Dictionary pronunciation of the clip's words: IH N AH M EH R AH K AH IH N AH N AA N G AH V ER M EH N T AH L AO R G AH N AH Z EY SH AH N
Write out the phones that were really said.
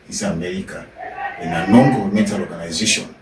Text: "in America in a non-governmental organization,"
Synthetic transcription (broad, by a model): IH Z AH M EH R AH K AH IH N AH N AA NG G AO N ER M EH T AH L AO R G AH N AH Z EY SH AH N